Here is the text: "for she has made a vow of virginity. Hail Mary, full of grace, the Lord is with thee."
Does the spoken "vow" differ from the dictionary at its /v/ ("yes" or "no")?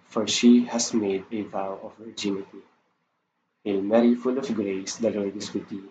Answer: no